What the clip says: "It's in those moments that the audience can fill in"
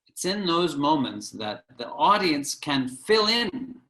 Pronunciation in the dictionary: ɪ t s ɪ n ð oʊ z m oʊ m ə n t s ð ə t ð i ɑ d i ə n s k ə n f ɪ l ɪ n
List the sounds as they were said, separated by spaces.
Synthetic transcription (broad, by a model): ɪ t s ɪ n ð oʊ z m oʊ m ə n t s ð ə t ð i ɑ d i ə n s k ə n f ɪ l ɪ n